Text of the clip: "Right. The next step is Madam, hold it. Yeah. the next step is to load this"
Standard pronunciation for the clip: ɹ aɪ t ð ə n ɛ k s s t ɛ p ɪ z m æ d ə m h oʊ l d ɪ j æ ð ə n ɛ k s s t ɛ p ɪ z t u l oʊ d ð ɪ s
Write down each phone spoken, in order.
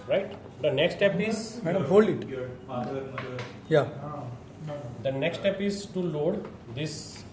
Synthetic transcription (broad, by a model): ɹ aɪ t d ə n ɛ k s s t ɛ p ɪ z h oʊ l ɪ j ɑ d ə n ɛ k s s t ɛ p ɪ z t u l oʊ d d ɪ s